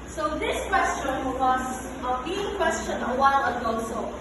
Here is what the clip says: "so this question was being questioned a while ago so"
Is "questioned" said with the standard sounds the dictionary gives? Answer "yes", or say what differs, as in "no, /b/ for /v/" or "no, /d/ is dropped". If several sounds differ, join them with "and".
no, /d/ is dropped